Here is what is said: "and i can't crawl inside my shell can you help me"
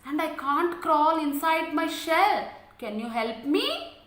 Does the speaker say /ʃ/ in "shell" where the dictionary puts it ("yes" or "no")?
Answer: yes